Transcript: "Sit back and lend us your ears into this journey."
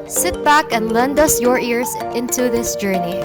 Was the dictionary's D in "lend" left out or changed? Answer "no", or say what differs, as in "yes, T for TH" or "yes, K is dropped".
no